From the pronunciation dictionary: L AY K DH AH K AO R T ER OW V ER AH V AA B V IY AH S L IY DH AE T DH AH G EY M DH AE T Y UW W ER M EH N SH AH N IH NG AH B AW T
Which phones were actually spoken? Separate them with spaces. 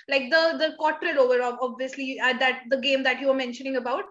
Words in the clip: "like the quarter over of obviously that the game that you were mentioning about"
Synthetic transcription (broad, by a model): L AY K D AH K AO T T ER OW V ER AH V AA B V IY AH S L IY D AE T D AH G EY M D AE T Y UW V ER M EH N SH AH N IH NG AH B AW T